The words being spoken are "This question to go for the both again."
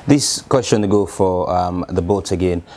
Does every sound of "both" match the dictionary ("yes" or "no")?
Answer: no